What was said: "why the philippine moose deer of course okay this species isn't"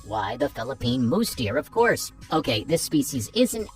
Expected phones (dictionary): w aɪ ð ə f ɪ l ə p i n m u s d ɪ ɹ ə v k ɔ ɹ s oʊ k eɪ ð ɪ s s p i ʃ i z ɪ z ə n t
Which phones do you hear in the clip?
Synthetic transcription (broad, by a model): w aɪ ð ə f ɪ l ə p i n m u s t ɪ ɹ ə v k ɔ ɹ s oʊ k eɪ ð ɪ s s p i ʃ i z ɪ z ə n t